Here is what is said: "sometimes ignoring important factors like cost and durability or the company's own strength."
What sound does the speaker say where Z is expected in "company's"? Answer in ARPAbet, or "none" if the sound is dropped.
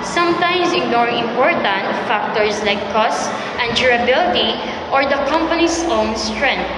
S